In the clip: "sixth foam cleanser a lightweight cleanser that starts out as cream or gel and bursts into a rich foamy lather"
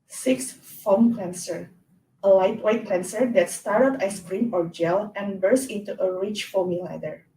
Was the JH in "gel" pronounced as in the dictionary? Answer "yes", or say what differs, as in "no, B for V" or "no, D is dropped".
yes